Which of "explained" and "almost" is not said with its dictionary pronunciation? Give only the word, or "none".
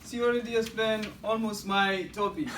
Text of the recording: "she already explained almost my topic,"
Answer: explained